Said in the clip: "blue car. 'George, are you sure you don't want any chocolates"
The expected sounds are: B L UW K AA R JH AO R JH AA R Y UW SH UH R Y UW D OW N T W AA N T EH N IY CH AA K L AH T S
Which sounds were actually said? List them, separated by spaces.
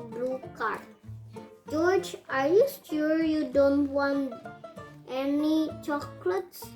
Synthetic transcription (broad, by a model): B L UW K AA R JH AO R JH AA R Y UW S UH R Y UW D OW N T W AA N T EH N IY CH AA K L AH T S